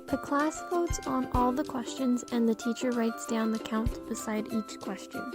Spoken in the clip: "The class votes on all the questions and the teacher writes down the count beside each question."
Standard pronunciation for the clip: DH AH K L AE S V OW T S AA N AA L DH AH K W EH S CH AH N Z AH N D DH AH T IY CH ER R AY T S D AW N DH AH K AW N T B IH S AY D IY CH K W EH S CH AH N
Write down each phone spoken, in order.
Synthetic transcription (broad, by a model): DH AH K L AE S F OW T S N AA L DH AH K W EH S CH AH N Z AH N DH AH T IY CH ER R AY T S D AW N DH AH K AW N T B IH S AY D IY CH K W EH S CH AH N